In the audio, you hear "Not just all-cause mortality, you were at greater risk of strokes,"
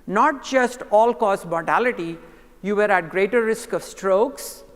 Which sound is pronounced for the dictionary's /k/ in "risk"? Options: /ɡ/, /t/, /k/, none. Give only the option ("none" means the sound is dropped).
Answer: /k/